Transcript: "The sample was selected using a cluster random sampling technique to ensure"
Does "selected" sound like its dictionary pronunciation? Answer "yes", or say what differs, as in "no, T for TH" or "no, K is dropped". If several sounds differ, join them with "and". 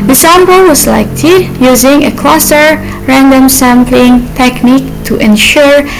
no, L is dropped